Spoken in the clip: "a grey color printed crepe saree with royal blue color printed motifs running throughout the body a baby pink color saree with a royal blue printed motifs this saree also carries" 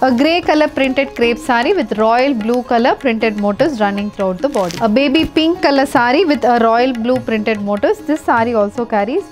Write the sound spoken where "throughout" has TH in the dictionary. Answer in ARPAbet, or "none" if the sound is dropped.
T